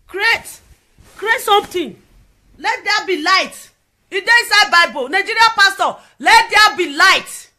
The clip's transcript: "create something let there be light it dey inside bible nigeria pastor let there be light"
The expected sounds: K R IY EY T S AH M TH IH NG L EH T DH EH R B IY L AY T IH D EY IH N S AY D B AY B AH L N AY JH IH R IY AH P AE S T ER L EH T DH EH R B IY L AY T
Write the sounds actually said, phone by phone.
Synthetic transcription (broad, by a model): K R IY EY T S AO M T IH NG L EH T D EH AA B IY L AY T IH D EY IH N S AY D B AY B AH L N AY JH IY R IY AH P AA S T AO L EH T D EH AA B IY L AY T